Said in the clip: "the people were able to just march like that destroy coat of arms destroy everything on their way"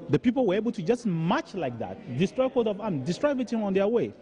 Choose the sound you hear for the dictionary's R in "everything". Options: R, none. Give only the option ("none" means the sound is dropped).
none